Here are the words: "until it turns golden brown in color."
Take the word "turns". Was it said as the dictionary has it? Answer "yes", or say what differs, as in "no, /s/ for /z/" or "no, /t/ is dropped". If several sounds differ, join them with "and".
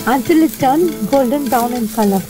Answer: no, /z/ is dropped